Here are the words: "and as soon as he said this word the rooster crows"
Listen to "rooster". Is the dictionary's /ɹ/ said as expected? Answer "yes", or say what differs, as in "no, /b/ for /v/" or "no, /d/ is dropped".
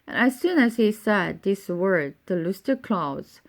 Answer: no, /l/ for /ɹ/